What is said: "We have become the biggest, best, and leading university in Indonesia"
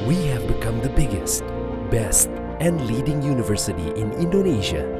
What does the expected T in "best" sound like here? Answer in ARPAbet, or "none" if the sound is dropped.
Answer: T